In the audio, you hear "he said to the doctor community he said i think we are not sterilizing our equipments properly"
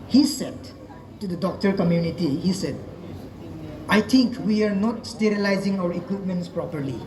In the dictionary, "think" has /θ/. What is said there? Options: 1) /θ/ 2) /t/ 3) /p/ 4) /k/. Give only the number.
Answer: 2